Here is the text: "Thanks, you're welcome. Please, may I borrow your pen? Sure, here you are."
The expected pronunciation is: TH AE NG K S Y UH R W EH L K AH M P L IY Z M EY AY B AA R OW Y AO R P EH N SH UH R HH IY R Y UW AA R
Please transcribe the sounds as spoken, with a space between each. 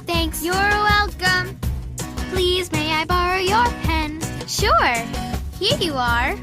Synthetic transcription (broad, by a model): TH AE NG K S Y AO R W EH L K AH M P L IY Z M EY AY B AA R OW Y AO R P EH N SH UH R HH IY R Y UW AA R